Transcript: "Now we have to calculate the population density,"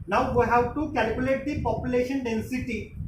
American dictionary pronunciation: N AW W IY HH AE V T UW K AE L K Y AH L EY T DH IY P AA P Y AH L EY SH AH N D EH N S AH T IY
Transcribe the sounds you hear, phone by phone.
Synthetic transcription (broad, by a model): N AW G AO HH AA W T UW K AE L K Y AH L EY T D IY P AA P Y AH L EY SH AH N D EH N S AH T IY